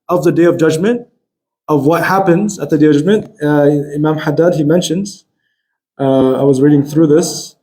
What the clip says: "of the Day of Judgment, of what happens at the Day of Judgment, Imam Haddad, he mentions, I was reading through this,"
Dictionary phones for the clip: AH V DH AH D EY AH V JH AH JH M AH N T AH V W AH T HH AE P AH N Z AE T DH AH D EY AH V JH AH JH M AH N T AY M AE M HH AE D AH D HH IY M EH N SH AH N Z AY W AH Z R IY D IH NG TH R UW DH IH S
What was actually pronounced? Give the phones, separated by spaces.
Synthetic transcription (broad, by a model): AH V DH AH D EY AH V JH AH JH M AH N T AH V W AH T HH AE P AH N Z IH T DH AH D EY AH V JH AH JH M AH N T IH M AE M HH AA D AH D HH IY M EH N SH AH N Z AY W AH Z R IY D IH NG TH R UW DH IH S